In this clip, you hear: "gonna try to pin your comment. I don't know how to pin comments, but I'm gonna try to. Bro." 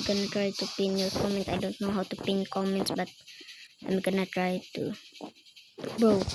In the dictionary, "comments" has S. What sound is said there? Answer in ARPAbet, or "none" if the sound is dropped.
S